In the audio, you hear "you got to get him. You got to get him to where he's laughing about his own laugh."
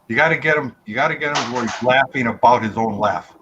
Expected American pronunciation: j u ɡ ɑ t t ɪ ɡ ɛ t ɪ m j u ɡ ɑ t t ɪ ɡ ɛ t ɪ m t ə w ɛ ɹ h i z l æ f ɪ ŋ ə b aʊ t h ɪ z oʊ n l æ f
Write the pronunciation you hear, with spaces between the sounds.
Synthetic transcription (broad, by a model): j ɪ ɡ ɑ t t ɪ ɡ ɛ t ɪ m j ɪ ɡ ɑ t t ɪ ɡ ɛ t ɪ m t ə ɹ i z l æ f ɪ ŋ ə b aʊ t h ɪ z oʊ n l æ f